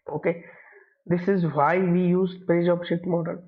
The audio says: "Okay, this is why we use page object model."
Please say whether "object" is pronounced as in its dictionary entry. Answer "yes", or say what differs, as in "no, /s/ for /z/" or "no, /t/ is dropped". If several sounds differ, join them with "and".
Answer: no, /k/ is dropped